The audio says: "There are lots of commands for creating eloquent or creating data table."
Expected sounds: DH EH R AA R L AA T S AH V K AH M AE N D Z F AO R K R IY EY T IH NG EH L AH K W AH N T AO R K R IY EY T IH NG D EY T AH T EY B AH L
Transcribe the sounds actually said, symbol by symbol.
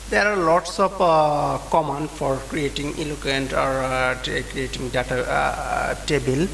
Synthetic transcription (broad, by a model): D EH R AA R L AA T S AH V K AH M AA N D F AO R K R IY EY T IH NG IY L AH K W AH N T AO R K R IY EY T IH NG D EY T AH T EY B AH L